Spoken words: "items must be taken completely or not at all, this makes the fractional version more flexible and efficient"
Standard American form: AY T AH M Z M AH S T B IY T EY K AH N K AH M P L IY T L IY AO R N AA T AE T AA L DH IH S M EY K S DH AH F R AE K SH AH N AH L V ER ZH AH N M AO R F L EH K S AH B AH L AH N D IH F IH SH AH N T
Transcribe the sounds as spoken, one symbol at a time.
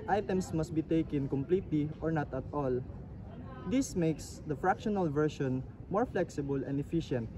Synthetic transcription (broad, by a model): AY T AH M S M AH S T B IY T EY K AH N K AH M P L IY T L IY AO R N AA T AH T AA L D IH S M EY K S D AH F R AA K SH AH N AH L V ER SH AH N M AO R F L EH K S AH B AH L AH N D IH F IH SH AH N T